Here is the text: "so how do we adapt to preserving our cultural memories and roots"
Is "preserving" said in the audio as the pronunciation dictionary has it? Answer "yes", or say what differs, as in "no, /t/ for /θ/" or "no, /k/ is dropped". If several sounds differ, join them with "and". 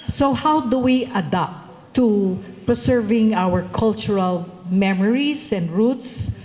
no, /s/ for /z/